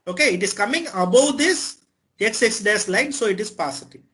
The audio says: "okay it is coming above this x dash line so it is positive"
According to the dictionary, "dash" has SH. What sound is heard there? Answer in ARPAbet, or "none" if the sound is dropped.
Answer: S